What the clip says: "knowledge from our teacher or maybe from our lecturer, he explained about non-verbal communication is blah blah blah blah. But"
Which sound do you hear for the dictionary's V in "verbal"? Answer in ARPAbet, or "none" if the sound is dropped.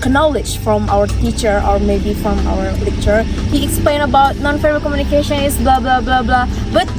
F